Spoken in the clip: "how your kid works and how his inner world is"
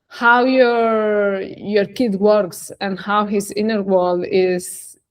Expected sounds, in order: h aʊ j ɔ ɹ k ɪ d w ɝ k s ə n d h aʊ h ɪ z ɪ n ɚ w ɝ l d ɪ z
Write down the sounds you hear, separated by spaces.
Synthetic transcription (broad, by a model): h aʊ j ɔ ɹ k ɪ d w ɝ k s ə n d h aʊ h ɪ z ɪ n ɚ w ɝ l ɪ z